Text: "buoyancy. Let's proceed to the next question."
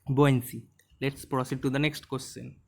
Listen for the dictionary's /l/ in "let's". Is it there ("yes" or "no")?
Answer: yes